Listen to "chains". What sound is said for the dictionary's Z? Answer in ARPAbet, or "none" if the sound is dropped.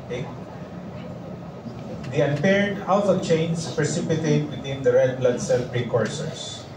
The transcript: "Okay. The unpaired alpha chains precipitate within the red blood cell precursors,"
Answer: S